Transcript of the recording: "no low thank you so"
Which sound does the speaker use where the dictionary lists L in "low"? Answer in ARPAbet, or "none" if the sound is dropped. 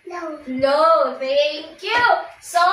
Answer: N